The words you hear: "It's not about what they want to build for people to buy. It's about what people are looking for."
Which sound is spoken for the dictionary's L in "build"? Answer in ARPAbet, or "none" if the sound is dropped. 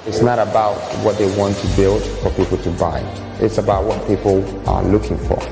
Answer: L